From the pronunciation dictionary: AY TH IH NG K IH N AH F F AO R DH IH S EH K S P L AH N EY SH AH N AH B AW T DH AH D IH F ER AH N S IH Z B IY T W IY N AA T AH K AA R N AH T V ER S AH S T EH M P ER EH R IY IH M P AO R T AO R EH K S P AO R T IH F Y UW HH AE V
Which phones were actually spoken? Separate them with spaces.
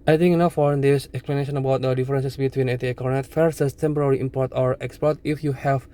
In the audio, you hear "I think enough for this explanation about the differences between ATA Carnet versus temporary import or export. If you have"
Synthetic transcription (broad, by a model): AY T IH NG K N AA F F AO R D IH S EH K S P L AH N EY SH AH N AH B AW T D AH D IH F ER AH N S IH S B IY T W IY N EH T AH K AA R N AH T F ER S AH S T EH M P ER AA R IY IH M P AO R T AO R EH K S P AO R T IH F Y UW HH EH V